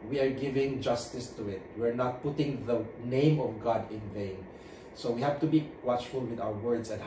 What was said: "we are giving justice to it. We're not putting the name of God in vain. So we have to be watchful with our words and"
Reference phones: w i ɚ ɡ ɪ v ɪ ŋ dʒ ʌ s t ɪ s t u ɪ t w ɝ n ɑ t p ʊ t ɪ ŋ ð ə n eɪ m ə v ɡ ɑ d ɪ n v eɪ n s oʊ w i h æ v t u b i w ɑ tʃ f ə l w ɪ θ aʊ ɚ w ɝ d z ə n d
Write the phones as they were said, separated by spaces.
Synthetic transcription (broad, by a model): w i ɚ ɡ ɪ v ɪ ŋ dʒ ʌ s t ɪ s t u ɪ t w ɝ n ɑ t p ʊ t ɪ ŋ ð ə n eɪ m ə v ɡ ɑ d ɪ n v eɪ n s oʊ w i h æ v t u b i w ɑ tʃ f ə l w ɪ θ aʊ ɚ w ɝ d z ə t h